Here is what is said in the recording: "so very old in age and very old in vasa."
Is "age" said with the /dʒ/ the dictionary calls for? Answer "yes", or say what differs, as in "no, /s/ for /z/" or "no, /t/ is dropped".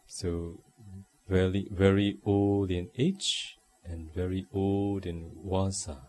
no, /tʃ/ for /dʒ/